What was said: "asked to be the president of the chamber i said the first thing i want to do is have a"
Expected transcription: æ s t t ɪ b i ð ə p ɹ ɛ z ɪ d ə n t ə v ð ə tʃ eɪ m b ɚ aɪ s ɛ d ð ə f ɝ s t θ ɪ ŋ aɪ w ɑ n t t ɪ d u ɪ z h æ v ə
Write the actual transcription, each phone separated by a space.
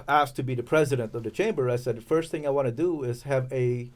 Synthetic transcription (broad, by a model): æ s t t ɪ b i ð ə p ɹ ɛ z ɪ d ə n t ə v ð ə tʃ eɪ m b ɚ aɪ s ɛ d ð ə f ɝ s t θ ɪ ŋ aɪ w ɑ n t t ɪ d u ɪ z h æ v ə